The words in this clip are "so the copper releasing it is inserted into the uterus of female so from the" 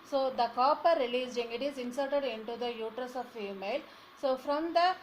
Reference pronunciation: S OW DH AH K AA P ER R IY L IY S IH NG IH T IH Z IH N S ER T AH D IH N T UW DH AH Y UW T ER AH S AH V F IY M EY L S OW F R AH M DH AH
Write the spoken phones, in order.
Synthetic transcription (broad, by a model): S OW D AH K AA P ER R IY L IY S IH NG IH T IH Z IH N S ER T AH D IH N T UW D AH Y UW T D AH S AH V F IY M EY L S OW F R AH M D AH